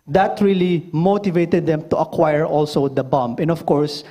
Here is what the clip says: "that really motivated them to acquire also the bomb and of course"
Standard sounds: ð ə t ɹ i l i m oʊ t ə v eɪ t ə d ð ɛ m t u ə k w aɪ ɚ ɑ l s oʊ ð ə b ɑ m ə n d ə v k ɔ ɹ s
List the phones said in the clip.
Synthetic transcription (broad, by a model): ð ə t ɹ i l i m oʊ t ə v eɪ t ə d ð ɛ m t u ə k w aɪ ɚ ɑ l s oʊ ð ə b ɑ m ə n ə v k ɔ ɹ s